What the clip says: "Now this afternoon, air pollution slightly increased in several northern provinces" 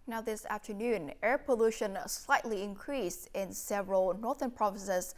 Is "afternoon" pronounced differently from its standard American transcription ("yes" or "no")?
no